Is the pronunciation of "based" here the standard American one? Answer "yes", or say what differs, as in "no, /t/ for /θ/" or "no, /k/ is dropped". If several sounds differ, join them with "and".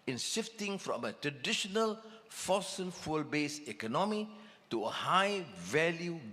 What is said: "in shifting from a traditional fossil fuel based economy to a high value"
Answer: no, /t/ is dropped